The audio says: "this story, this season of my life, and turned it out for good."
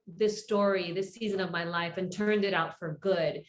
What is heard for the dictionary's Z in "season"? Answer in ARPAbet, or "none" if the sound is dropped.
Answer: Z